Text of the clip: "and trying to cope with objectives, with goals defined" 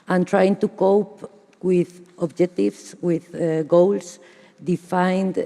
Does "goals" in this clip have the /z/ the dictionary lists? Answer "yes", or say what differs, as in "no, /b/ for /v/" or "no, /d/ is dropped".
no, /s/ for /z/